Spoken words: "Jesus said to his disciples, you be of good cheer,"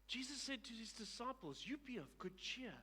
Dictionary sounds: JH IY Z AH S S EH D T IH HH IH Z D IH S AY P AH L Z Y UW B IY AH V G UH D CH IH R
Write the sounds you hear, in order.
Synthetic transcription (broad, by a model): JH IY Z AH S S EH D T IH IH Z D IH S AY P AH L Z Y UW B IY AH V G UH D CH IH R